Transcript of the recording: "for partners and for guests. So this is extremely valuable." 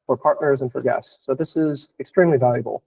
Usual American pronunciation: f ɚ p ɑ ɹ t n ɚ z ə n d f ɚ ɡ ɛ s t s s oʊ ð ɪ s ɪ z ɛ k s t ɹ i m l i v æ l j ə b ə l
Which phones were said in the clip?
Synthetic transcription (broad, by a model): f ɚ p ɑ ɹ t n ɚ z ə n f ɚ ɡ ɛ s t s s oʊ ð ɪ s ɪ z ɛ k s t ɹ i m l i v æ l j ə b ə l